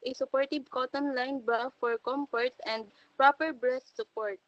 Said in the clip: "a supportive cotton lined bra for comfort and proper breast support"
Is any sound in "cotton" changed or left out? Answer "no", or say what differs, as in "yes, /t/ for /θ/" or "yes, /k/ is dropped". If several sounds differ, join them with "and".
no